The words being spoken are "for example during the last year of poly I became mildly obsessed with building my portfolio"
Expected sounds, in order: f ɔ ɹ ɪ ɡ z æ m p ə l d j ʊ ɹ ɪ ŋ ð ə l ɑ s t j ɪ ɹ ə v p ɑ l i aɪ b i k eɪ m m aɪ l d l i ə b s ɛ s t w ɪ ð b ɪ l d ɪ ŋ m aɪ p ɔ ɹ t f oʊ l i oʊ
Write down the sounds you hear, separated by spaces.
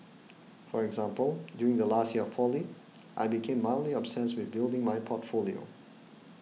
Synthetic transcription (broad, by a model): f ɔ ɹ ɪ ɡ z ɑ m p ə l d j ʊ ɹ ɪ ŋ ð ə l ɑ s t j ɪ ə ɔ p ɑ l i aɪ b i k eɪ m m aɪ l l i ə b s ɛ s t w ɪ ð b ɪ l d ɪ ŋ m aɪ p ɔ t f oʊ l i oʊ